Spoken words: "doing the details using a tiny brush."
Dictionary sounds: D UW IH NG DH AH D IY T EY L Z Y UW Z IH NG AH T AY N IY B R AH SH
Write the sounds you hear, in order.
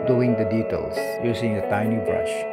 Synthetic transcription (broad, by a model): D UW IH NG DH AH D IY T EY L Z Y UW S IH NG AH T AY N IY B R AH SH